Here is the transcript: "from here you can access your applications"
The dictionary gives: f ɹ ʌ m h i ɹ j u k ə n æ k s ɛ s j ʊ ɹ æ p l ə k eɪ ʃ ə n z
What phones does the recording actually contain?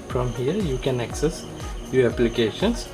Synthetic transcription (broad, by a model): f ɹ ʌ m h i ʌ j u k ə n æ k s ɛ s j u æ p l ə k eɪ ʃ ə n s